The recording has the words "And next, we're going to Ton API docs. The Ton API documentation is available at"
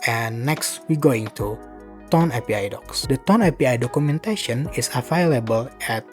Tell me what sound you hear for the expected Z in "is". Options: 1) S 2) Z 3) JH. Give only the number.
1